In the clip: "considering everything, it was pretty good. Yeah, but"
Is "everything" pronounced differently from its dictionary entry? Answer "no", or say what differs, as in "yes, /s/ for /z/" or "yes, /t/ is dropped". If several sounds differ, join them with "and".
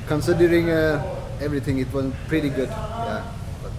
yes, /t/ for /θ/